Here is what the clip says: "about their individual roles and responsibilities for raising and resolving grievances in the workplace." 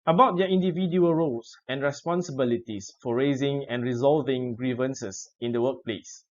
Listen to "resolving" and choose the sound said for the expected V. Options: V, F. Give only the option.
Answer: V